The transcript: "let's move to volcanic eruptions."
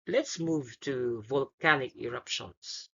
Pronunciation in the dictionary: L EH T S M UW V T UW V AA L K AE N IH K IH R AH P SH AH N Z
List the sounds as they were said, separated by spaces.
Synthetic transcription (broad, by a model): L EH T S M UW V T UW V AA L K AE N IH K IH R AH P SH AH N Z